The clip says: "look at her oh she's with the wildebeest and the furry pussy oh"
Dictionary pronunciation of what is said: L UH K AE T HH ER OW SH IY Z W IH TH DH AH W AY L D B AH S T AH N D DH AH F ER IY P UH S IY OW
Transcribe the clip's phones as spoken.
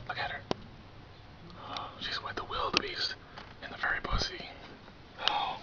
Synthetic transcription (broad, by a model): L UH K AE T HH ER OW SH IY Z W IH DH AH W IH L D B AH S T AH N DH AH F ER IY B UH S IY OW